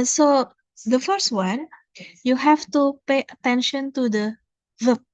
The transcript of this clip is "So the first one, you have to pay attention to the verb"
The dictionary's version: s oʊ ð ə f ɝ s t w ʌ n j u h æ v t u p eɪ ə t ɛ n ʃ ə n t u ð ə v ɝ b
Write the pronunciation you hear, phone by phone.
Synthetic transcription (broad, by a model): s oʊ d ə f ɝ s t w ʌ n j u h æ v t u p eɪ ə t ɛ n ʃ ə n t u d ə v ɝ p